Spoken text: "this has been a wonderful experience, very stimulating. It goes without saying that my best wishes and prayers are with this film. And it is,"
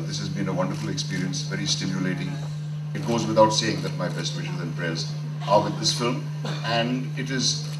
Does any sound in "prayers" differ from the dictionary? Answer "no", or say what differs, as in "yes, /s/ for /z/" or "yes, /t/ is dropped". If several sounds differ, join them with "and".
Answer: no